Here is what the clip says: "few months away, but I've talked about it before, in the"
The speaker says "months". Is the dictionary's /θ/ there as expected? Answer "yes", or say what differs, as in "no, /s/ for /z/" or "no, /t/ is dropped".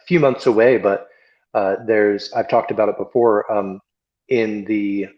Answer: yes